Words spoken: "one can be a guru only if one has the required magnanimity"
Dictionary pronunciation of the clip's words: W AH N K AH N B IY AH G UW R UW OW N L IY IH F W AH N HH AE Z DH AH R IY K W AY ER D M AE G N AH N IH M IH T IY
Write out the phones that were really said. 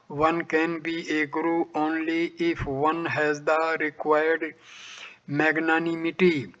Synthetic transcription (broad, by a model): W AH N K AH N B IY AH G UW R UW OW N L IY IH F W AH N HH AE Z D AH R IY K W AY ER D M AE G N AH N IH M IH T IY